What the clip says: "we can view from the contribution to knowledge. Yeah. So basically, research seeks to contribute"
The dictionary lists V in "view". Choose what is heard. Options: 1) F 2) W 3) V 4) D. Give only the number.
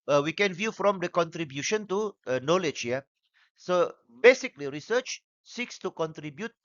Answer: 3